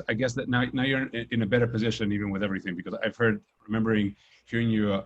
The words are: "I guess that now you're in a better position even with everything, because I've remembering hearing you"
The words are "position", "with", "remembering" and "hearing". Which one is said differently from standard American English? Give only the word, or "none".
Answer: none